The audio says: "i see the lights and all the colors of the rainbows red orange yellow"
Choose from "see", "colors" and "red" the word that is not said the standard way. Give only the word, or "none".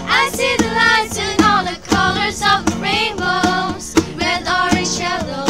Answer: red